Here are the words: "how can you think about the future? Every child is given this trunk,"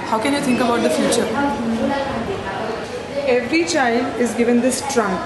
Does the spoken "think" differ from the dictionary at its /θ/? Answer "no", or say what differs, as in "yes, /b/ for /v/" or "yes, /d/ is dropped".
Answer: yes, /t/ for /θ/